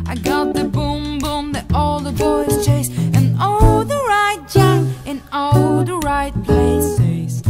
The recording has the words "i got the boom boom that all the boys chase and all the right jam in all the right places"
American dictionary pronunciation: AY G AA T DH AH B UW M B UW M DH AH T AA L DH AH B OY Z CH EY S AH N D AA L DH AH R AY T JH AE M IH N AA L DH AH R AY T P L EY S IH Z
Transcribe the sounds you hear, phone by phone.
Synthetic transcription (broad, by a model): AY G AA T DH AH B UW M B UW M DH AH T AA L DH AH B OY Z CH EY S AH N AA L DH AH R AY T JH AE IH N AA L DH AH R AY T P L EY S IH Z